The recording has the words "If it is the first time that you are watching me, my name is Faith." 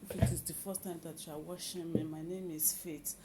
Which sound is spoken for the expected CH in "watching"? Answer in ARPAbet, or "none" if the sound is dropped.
SH